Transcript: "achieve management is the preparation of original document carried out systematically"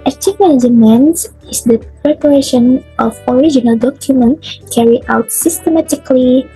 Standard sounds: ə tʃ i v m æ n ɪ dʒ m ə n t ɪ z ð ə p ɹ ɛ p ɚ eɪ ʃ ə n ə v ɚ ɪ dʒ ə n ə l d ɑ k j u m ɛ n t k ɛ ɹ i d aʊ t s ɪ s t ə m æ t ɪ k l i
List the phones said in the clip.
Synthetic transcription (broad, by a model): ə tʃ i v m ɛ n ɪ m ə n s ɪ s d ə p ɹ ɛ p ɚ eɪ ʃ ə n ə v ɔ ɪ dʒ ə n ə l d ɑ k j u m ɛ n t k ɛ ɹ i aʊ t s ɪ s t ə m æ t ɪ k l i